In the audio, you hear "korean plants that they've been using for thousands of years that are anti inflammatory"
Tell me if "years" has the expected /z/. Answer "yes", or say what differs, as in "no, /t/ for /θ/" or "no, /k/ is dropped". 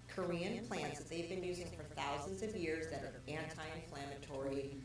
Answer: yes